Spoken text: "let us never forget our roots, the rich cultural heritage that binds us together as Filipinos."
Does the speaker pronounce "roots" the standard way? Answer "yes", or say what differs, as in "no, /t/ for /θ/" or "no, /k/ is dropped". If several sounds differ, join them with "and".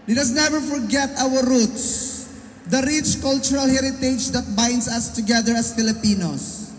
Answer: yes